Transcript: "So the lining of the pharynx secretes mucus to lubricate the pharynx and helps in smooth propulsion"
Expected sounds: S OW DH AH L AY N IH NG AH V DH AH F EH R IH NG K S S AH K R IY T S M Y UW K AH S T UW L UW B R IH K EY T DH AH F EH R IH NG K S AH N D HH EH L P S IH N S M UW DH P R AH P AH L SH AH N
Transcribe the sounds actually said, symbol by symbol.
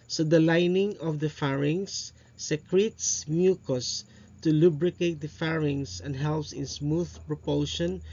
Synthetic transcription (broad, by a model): S OW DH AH L AY N IH NG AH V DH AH F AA R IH NG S S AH K R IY T S M Y UW K AH S T UW L UW B R IH K EY T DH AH F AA R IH NG S AH N D HH EH L P S IH N S M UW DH P R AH P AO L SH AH N